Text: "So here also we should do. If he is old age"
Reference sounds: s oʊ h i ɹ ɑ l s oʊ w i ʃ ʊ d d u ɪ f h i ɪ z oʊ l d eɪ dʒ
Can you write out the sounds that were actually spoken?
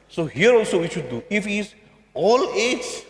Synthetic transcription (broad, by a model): s oʊ h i ɹ ɑ l s oʊ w i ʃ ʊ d d u ɪ f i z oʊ l eɪ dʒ